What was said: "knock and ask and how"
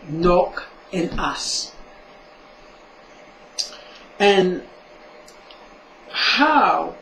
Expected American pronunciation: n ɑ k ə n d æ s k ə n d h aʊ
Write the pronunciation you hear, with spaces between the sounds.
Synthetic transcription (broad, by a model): n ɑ k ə n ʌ s ə n h aʊ